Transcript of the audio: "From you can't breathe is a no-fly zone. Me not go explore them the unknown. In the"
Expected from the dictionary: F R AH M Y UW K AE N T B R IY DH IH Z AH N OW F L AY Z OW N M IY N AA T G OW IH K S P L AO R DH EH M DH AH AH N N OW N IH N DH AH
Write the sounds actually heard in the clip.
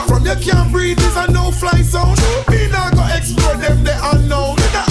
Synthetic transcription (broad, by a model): F R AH M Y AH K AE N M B R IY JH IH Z AH N OW F L AY S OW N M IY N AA G OW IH K S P L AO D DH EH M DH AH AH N N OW IH N